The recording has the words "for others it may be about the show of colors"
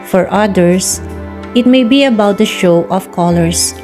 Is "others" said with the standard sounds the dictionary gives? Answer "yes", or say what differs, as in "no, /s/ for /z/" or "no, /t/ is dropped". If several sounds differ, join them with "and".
no, /s/ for /z/